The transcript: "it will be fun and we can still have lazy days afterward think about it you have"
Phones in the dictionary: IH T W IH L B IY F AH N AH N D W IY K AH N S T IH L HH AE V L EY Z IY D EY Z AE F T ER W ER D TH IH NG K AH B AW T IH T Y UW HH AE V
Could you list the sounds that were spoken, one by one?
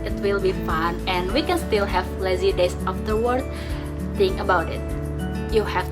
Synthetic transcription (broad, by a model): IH T W IH L B IY F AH N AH N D W IY K AH N S T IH L HH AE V L EY Z IY D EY S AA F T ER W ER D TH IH NG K AH B AW T IH T Y UW HH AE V